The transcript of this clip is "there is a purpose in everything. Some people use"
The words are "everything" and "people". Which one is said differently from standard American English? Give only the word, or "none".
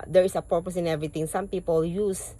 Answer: everything